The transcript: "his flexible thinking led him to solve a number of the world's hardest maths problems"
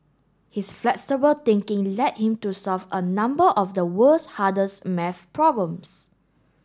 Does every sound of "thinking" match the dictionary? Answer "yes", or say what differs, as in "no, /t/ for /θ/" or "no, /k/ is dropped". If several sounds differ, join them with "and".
no, /t/ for /θ/